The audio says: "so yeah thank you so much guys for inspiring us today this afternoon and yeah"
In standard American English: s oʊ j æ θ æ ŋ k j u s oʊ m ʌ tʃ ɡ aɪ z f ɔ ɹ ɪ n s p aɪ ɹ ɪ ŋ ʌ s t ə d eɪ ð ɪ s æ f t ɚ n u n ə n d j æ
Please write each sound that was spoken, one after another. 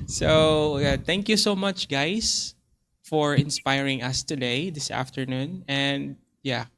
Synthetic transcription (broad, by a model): s oʊ j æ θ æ ŋ k j u s oʊ m ʌ tʃ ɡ aɪ s f ɔ ɹ ɪ n s p aɪ ɹ ɪ ŋ ʌ s t ə d eɪ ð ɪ s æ f t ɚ n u n ə n d j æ